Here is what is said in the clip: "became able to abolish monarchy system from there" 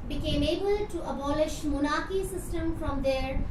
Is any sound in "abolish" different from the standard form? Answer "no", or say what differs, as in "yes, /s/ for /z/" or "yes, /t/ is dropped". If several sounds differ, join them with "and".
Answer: no